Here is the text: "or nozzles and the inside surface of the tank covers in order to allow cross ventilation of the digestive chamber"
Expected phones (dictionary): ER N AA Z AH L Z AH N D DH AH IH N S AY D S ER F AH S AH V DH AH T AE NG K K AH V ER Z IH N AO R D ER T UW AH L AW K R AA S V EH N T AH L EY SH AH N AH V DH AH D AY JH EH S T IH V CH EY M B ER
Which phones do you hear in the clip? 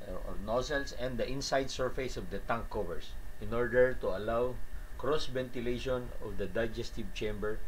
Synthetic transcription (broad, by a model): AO N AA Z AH L S AH N D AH IH N S AY D S ER F AH S AH V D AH T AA NG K K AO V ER S IH N AO R D ER T UW AH L AW K R AA S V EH N T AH L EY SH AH N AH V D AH D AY JH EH S T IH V CH EY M B ER